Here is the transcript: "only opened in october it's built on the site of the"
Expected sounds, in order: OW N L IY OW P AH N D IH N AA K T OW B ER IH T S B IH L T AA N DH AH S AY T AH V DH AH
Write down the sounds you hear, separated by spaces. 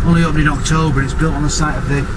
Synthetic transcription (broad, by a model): OW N L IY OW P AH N IH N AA K T OW B ER IH T S B IH L T N DH AH S AY T AH V DH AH